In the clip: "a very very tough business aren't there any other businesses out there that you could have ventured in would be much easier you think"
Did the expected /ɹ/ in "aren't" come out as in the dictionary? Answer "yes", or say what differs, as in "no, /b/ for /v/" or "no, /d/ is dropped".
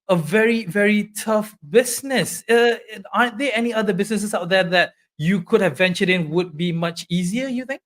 no, /ɹ/ is dropped